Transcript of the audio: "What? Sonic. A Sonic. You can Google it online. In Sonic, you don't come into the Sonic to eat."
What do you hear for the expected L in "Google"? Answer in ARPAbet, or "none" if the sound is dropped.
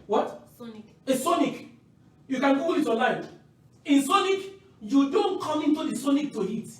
W